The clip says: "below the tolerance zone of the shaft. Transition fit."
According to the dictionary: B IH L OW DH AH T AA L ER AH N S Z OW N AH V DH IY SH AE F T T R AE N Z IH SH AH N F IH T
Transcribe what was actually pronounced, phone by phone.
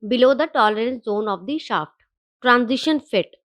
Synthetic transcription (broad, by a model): B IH L OW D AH T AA L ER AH N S Z OW N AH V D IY SH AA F T T R AE N Z IH SH AH N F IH T